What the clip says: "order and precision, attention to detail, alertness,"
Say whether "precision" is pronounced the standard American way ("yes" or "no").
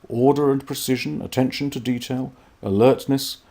yes